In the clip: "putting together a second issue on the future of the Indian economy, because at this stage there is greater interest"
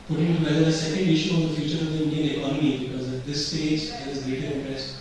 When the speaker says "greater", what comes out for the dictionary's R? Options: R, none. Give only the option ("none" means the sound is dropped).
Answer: none